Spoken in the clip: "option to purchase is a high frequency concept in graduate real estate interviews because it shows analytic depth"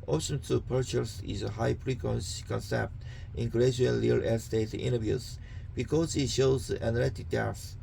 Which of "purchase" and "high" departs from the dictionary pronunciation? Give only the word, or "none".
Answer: none